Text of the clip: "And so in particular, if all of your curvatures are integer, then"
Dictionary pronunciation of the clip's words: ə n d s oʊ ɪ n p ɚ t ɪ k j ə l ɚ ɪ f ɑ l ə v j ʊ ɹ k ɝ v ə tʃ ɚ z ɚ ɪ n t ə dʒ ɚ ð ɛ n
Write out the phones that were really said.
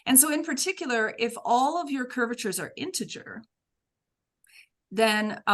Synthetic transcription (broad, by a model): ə n s oʊ ɪ n p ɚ t ɪ k j l ɚ ɪ f ɑ l ə v j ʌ ɹ k ɝ v ə tʃ ɚ z ɚ ɪ n t ə dʒ ɚ ð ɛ n